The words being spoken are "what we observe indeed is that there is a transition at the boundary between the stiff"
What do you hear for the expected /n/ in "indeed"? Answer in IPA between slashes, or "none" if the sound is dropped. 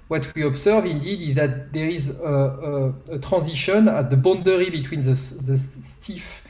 /n/